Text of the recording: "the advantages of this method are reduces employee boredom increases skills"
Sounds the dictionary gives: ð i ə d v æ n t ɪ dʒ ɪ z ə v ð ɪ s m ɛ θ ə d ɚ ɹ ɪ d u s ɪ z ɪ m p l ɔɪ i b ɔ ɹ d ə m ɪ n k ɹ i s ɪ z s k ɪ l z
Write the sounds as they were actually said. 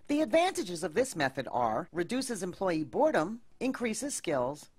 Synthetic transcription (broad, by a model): ð i ə d v æ n t ɪ dʒ ɪ z ə v ð ɪ s m ɛ θ ə d ɚ ɹ ɪ d u s ɪ z ɪ m p l ɔɪ i b ɔ ɹ d ə m ɪ n k ɹ i s ɪ z s k ɪ l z